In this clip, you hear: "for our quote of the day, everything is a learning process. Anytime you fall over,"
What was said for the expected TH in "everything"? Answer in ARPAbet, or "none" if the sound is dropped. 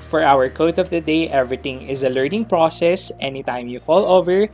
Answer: T